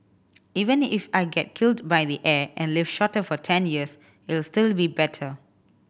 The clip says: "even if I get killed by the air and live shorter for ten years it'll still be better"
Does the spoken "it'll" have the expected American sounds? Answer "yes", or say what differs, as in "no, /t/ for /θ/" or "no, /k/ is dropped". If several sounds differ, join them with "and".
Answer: no, /s/ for /t/